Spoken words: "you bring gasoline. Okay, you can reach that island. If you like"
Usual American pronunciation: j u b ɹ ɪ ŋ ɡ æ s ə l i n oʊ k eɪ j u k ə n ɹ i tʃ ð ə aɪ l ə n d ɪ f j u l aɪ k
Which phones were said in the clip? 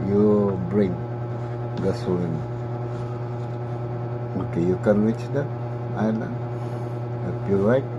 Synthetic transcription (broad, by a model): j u b ɹ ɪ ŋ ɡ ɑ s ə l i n oʊ k eɪ j u k ə n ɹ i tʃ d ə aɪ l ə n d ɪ p j u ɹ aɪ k